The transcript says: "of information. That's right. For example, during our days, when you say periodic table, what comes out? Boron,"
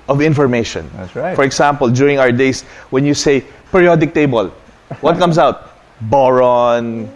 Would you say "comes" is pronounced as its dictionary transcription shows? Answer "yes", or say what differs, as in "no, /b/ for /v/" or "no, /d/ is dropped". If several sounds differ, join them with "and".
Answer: no, /s/ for /z/